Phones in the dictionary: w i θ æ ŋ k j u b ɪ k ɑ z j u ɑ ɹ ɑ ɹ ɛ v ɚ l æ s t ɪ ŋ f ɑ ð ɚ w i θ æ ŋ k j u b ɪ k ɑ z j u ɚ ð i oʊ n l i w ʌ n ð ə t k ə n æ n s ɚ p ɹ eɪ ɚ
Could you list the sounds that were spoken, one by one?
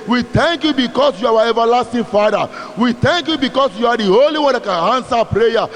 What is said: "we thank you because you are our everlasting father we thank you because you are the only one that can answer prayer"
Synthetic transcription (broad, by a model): w i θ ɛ ŋ k j u b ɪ k ɑ s j u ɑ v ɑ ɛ v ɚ l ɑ s t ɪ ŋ f ɑ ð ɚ w i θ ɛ ŋ k j u b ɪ k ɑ s j u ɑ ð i oʊ l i w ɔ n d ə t k ə n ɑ n s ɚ p ɹ eɪ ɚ